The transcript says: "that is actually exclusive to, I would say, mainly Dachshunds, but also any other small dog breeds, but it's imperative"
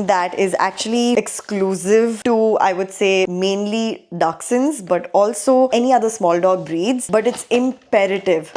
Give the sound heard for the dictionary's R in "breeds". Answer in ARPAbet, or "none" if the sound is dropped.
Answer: R